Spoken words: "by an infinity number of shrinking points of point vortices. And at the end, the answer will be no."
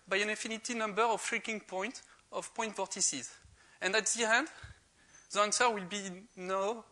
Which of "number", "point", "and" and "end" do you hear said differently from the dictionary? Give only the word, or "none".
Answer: none